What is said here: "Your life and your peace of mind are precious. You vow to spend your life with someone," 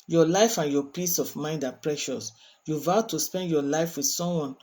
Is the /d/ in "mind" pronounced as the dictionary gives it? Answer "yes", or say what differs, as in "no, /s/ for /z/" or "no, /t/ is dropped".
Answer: yes